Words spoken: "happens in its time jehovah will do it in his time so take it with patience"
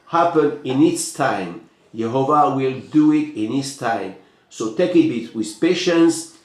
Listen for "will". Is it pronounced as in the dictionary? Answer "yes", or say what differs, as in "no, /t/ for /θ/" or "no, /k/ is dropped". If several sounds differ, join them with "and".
yes